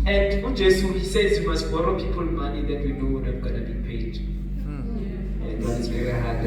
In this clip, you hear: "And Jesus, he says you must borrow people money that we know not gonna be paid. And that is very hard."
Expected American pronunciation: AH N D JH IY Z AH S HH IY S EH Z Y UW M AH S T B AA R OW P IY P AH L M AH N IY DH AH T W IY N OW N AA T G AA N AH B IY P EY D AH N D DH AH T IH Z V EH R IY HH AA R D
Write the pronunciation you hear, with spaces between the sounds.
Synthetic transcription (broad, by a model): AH N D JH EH S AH HH IY S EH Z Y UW M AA S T B AA R OW P IY P AH L M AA N IY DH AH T W IY N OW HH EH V G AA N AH B IY P EY D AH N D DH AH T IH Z V EH R IY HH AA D